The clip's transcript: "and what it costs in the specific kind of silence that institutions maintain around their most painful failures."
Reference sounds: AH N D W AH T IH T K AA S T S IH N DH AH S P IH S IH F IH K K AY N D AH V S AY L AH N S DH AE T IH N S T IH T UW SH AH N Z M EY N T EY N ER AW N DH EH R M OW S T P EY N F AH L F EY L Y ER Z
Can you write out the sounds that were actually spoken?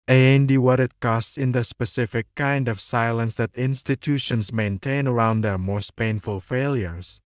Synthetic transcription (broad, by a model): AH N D W AH T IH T K AA S T S IH N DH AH S P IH S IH F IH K K AY N D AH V S AY L AH N S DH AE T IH N S T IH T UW SH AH N S M EY N T EY N ER AW N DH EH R M OW S T P EY N F AH L F EY L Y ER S